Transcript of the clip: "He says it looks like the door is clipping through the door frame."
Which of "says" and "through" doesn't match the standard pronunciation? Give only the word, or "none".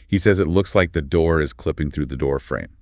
none